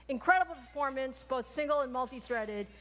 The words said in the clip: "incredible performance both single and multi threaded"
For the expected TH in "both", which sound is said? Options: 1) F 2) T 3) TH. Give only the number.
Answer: 3